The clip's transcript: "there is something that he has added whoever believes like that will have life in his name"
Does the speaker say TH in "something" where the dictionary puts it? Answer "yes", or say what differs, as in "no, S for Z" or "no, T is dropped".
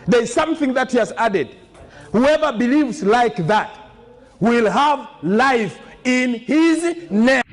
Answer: yes